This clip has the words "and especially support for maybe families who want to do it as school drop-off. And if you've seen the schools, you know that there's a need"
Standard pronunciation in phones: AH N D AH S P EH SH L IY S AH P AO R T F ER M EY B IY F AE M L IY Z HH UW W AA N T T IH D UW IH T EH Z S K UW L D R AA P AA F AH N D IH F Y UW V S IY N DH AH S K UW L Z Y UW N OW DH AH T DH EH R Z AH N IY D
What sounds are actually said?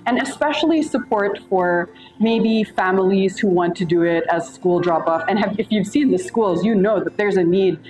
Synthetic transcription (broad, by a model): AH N AH S P EH SH L IY S AH P AO R T F ER M EY B IY F AE M L IY Z HH UW W AA N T T IH D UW IH T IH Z S K UW L D R AA P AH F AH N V IH F Y UW V S IY N DH AH S K UW L Z Y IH N OW DH AH T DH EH R Z AH N IY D